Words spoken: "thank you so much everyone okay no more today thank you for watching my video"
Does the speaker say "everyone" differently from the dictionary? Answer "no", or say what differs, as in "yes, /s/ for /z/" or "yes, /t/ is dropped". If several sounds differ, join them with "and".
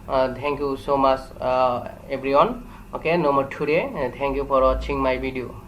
yes, /b/ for /v/